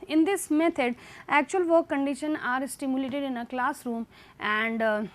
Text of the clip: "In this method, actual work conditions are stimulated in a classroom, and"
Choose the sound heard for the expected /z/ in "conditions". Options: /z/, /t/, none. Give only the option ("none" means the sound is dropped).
none